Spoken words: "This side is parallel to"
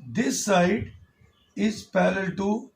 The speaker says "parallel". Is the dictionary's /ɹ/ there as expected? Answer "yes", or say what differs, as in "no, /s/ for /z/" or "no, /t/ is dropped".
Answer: no, /l/ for /ɹ/